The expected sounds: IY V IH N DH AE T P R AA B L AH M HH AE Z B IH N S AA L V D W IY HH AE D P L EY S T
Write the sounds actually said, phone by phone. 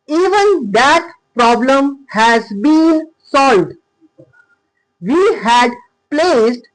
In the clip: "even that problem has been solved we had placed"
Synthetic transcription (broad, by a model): IY V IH N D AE T P R AA B L AH M HH AE Z B IH N S AA L V D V IY HH AE D P L EY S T